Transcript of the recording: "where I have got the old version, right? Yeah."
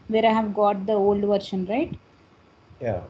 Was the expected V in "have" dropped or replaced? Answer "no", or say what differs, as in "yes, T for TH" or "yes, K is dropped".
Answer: no